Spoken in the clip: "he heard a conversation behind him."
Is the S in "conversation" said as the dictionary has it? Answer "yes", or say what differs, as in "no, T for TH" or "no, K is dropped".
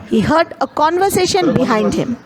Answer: yes